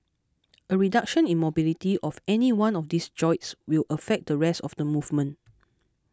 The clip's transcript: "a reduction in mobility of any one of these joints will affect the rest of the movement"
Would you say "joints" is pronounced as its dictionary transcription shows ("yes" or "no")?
no